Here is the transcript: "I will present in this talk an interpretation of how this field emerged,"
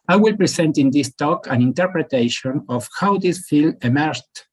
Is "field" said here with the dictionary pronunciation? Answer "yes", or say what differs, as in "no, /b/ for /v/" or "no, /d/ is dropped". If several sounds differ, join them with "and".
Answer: no, /d/ is dropped